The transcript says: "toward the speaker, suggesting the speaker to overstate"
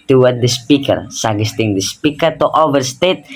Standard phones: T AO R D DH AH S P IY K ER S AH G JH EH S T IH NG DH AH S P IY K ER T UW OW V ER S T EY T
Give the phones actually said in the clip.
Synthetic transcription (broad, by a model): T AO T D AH S P IY K ER S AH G EH S T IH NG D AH S P IY K ER T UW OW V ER S T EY T